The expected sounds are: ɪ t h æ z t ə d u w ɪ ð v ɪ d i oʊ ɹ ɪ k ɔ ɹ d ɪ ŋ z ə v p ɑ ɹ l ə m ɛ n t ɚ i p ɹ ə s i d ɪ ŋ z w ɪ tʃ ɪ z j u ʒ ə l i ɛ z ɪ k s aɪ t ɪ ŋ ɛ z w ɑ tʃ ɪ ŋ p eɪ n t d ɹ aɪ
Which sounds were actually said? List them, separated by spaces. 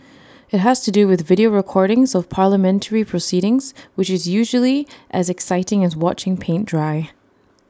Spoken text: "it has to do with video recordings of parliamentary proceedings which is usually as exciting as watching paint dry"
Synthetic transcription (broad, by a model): ɪ t h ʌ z t ə d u w ɪ ð v ɪ d i oʊ ɹ ɪ k ɔ ɹ d ɪ ŋ z ə v p ɑ ɹ l ə m ɛ n t ɚ i p ɹ ə s i d ɪ ŋ z w ɪ tʃ ɪ z j u ʒ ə l i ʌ z ɪ k s aɪ t ɪ ŋ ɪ z w ɑ tʃ ɪ ŋ p eɪ n d ɹ aɪ